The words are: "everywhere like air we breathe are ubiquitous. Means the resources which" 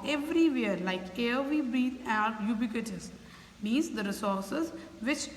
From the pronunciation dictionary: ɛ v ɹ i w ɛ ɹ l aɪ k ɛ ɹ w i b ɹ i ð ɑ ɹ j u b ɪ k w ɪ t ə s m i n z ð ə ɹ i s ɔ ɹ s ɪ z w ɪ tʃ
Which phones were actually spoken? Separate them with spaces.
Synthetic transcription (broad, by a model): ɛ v ɹ i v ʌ ɹ l aɪ k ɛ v i b ɹ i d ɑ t j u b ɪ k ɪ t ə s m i z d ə ɹ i s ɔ ɹ s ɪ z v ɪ tʃ